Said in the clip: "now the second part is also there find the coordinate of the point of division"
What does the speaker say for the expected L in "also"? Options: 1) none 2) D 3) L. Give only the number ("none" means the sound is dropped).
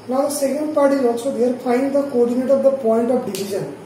1